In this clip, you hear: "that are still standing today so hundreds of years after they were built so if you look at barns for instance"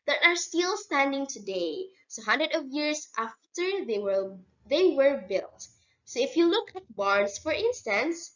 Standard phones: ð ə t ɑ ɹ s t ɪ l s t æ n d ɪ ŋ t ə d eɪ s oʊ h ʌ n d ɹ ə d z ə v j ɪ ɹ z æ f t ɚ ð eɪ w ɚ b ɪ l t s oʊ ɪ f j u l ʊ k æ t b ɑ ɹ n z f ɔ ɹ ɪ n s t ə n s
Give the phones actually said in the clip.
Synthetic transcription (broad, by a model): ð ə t ɑ ɹ s t ɪ l s t æ n d ɪ ŋ t ə d eɪ s oʊ h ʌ n d ɹ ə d ə v j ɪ ɹ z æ f t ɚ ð eɪ w ɚ b ɪ l t s oʊ ɪ f j u l ʊ k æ t b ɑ ɹ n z f ɔ ɹ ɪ n s t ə n s